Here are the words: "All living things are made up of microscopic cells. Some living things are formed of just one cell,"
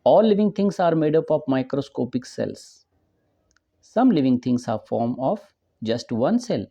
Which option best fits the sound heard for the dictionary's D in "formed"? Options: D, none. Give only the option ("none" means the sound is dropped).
none